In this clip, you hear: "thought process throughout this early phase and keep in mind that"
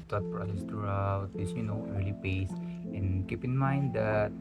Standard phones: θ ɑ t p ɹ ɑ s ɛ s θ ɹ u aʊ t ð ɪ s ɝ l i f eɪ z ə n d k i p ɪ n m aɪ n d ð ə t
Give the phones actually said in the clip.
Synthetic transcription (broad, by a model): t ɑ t p ɹ ɑ s ɛ s t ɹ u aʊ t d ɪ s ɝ l i p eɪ s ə n k i p ɪ n m aɪ n d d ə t